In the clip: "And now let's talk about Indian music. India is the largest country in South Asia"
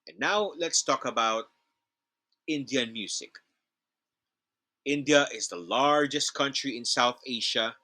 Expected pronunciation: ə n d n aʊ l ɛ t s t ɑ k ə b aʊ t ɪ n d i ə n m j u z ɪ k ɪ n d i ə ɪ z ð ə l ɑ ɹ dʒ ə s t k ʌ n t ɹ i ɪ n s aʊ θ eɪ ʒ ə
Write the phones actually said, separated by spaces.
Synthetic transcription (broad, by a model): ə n n aʊ l ɛ t s t ɑ k ə b aʊ t ɪ n d i ə n m j u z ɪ k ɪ n d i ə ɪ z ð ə l ɑ ɹ dʒ ə s t k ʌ n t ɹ i ɪ n s aʊ θ eɪ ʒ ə